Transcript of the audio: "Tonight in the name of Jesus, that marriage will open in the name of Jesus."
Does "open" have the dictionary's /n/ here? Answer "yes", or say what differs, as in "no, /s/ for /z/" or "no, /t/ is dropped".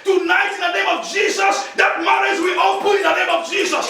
no, /n/ is dropped